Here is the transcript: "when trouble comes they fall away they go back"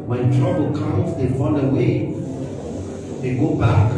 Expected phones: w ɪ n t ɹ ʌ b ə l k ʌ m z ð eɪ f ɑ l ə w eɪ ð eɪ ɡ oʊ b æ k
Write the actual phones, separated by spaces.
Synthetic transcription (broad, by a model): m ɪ t ɹ ʌ b ə l k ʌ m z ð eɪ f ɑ n ə w eɪ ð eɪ ɡ oʊ b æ k